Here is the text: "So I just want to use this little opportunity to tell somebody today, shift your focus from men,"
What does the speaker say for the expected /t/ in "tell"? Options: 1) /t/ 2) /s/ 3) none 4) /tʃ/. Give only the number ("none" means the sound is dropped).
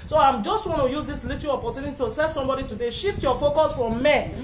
2